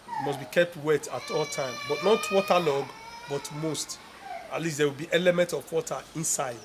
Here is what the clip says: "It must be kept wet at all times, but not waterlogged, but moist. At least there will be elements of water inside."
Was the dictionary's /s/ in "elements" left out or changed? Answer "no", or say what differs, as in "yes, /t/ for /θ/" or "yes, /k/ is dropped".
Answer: yes, /s/ is dropped